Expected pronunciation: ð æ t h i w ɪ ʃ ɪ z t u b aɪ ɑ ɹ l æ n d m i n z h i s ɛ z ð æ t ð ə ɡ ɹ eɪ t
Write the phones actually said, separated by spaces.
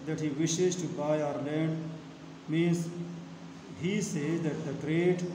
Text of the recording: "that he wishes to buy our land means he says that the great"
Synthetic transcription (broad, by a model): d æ t h i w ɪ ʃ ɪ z t u b aɪ ɑ ɹ l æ n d m i n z h i s ɛ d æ t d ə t ɹ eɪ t